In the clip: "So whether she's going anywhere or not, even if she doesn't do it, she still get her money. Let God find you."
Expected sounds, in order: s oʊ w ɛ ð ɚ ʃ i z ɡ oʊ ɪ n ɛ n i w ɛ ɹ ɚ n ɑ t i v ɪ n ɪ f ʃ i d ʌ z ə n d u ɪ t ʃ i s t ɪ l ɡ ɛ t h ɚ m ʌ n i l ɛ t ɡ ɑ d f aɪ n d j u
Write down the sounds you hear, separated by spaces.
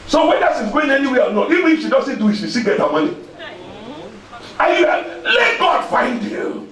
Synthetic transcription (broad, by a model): s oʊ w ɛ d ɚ s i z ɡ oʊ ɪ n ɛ n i w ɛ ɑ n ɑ i v ɪ n ɪ f ʃ i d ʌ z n d u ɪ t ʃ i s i ɡ ɛ t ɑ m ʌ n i l ɛ t ɡ ɑ d f aɪ n d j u